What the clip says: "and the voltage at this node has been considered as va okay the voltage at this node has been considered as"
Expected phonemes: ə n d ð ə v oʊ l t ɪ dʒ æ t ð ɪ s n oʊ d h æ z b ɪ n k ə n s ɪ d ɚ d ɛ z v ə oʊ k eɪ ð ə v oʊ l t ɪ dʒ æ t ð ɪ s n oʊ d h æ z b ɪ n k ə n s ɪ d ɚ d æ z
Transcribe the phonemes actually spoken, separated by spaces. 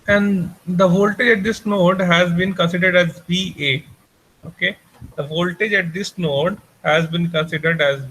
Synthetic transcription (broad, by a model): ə n d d ə v oʊ l t ɪ dʒ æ t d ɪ s n oʊ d h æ z b ɪ n k ə n s ɪ d ɚ d ɛ z b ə oʊ k eɪ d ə v oʊ l t ɪ dʒ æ t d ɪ s n oʊ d h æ z b ɪ n k ə n s ɪ d ɚ d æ z